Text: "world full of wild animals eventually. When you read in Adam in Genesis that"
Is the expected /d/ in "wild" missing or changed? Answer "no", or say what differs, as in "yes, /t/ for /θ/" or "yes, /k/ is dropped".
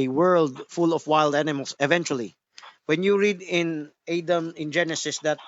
no